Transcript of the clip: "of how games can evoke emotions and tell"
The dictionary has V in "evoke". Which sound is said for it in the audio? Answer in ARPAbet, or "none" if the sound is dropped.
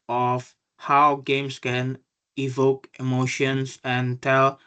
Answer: V